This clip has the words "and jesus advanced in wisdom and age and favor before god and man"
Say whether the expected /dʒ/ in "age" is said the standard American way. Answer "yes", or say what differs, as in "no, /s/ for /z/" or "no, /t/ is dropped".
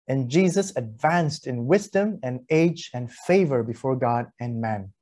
yes